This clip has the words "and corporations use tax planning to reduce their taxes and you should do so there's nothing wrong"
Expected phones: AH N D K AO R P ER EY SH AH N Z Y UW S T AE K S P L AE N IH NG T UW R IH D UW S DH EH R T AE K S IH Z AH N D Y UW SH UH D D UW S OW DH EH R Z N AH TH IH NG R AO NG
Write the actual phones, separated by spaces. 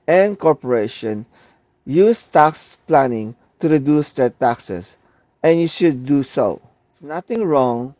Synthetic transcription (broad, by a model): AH N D K AO R P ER EY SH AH N Y UW S T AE K S P L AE N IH NG T UW R IH D UW S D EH R T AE K S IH S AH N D Y UW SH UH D D UW S OW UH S N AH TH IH NG R AO NG